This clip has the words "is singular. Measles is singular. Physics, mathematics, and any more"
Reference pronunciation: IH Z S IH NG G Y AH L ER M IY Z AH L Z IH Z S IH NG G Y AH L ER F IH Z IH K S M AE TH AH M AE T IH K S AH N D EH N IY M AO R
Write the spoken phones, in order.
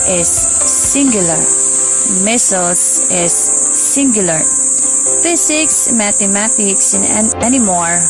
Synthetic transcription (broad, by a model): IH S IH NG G Y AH L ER M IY S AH L S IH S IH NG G Y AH L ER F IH S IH K S M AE T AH M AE T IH K S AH N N EH N IY M AO R